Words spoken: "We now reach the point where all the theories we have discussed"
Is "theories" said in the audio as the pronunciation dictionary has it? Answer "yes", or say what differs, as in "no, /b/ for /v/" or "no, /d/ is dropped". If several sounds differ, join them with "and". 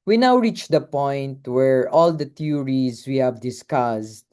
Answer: no, /t/ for /θ/